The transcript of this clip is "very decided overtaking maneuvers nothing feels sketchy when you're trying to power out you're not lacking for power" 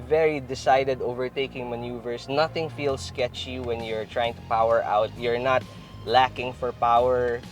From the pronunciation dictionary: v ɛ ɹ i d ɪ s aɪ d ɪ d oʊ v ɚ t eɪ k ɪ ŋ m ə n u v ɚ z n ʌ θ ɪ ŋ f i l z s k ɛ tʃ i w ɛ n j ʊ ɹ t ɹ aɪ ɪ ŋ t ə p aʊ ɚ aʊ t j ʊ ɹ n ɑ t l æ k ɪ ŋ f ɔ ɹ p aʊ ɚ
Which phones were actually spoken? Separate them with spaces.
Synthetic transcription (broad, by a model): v ɛ ɹ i d ɪ s aɪ d ɪ d oʊ v ɚ t eɪ k ɪ ŋ m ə n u v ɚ s n ʌ θ ɪ ŋ f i l s k ɛ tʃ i w ɛ n j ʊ ɹ t ɹ aɪ ɪ ŋ t ə p aʊ ɚ aʊ t j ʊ ɹ n ɑ t l æ k ɪ ŋ f ɔ ɹ p aʊ ɚ